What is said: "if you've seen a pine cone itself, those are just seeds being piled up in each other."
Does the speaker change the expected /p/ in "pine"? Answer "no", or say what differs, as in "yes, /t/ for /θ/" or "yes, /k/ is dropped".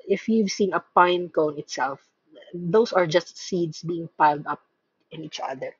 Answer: no